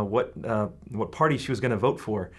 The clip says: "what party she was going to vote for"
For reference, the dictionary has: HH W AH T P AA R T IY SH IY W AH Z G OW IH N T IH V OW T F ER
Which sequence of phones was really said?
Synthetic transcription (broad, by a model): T W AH T P AA R T IY SH IY W AH Z G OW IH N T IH V OW T F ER